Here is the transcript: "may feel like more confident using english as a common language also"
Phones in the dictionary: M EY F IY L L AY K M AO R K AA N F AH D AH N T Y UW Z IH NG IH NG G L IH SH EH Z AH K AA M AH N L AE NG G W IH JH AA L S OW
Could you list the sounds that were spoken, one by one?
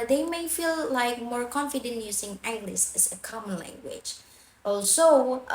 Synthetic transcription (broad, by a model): M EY F IY L L AY K M AO R K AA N F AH D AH N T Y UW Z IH NG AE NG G L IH S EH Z AH K AA M AH N L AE NG G W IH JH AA L S OW